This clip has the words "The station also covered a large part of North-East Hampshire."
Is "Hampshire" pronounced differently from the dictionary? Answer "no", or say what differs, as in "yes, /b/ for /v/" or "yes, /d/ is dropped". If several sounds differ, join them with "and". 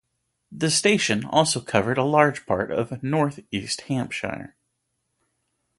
no